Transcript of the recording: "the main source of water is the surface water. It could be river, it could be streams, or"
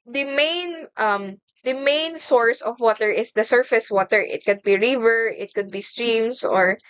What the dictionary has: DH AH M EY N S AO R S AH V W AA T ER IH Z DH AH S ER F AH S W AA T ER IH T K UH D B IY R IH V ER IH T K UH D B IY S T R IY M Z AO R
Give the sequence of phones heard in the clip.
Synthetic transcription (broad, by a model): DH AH M EY N S AO R S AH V W AA T ER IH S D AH S ER F AH S W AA T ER IH T K UH D B IY R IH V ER IH T K UH D B IY S T R IY M S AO R